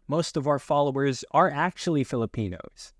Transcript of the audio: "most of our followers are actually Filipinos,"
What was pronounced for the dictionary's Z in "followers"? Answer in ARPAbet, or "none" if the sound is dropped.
Z